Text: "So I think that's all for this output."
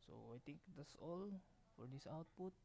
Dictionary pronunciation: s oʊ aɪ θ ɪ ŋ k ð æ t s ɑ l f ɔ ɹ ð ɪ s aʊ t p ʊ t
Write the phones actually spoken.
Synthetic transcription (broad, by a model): s oʊ aɪ t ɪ ŋ k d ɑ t s ɑ l f ɔ ɹ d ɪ s aʊ t p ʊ t